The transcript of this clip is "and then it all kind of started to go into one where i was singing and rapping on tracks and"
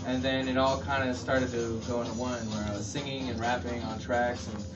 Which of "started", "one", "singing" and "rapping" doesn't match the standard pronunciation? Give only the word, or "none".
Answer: none